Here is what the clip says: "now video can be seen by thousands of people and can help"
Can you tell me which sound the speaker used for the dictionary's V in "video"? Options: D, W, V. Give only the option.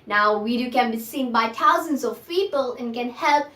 W